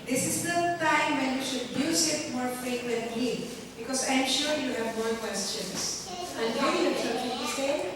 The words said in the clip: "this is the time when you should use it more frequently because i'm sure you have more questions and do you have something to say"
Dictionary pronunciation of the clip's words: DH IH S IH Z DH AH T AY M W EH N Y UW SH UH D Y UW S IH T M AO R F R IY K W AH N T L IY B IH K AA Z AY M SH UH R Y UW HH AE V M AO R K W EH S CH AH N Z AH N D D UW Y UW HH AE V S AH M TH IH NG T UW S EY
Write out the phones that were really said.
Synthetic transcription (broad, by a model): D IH S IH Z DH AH T AY M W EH N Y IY SH UH D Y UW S IH T M AO R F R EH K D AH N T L IY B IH K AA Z AY M SH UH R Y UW HH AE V M AO R K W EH S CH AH N S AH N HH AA Y UW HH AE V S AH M T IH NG T UW S EY